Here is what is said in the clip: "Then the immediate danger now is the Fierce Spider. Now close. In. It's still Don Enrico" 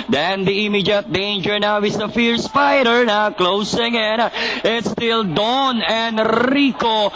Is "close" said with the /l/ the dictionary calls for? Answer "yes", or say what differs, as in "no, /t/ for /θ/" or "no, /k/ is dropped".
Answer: yes